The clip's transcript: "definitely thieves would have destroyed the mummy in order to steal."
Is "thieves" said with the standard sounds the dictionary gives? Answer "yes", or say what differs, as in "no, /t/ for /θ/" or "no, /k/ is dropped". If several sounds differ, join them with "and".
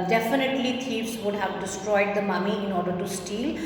no, /t/ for /θ/